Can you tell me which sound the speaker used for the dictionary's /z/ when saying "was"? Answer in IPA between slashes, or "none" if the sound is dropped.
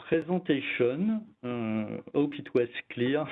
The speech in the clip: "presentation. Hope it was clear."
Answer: /s/